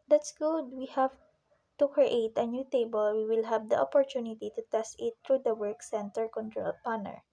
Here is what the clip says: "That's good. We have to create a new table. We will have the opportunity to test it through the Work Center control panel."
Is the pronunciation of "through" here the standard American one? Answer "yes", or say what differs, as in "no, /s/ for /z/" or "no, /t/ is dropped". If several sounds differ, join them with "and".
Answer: no, /t/ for /θ/